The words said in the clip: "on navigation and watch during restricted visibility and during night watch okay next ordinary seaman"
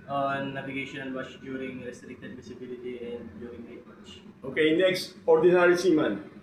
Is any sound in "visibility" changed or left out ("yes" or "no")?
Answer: yes